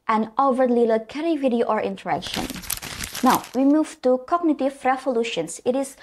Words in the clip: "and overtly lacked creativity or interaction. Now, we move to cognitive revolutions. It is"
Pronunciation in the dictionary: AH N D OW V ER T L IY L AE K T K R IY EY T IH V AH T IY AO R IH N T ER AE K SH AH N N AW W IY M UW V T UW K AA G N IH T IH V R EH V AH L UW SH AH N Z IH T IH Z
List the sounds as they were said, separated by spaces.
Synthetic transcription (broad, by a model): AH N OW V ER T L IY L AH K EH R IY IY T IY AH T AO R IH N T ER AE K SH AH N N AW W IY M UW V T UW K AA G N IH T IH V R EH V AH L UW SH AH N S IH T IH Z